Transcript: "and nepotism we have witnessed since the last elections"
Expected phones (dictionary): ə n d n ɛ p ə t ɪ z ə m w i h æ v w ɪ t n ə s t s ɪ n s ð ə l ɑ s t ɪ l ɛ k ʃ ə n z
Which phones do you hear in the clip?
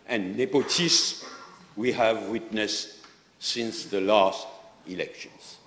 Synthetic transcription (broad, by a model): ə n n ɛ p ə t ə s w i h æ v w ɪ t n ə s t s ɪ n s ð ə l ɑ s t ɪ l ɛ k ʃ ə n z